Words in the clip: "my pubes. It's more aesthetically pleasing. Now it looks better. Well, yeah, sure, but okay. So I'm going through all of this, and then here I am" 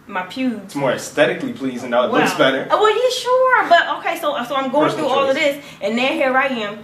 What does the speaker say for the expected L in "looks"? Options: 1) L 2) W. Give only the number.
2